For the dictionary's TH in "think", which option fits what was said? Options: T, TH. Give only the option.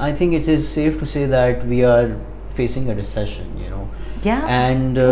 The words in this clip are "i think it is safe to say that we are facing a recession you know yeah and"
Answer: T